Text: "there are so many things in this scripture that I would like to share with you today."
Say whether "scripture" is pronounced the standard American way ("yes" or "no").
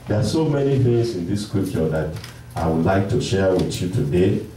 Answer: no